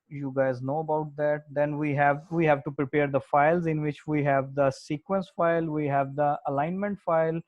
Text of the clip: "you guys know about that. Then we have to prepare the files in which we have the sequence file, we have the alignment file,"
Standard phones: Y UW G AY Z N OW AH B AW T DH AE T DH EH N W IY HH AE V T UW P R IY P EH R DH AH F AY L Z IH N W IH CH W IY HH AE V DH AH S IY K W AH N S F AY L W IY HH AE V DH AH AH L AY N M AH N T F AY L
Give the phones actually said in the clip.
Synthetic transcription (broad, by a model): Y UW G AY Z N OW AH B AW T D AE T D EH N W IY HH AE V T UW P R IY P EH R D AH F AY L Z IH N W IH CH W IY HH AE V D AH S IY K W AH N S F AY L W IY HH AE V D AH AH L AY N M AH N T F AY L